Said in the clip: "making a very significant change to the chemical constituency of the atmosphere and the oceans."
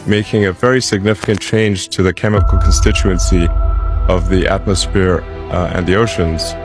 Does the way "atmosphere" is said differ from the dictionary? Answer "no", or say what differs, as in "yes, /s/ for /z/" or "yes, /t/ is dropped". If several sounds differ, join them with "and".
no